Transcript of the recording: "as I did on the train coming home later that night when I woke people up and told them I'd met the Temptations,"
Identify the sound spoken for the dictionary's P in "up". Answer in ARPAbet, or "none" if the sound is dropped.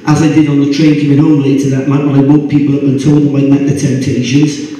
B